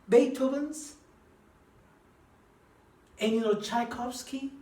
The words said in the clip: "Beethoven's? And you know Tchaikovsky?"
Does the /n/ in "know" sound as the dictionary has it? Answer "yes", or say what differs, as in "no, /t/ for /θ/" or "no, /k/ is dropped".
no, /l/ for /n/